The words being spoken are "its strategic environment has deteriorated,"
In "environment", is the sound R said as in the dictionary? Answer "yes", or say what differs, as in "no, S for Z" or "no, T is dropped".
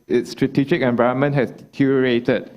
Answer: no, R is dropped